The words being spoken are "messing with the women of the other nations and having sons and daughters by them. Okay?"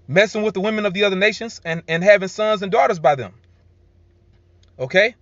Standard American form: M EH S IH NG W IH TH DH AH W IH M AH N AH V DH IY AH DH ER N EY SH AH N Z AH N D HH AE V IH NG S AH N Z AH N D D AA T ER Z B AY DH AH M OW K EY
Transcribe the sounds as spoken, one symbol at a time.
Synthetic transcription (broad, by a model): M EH S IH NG W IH DH AH W IH M AH N AH V DH IY AH DH ER N EY SH AH N Z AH N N HH AE V IH NG S AH N Z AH N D D AA T ER Z B AY DH AH M OW K EY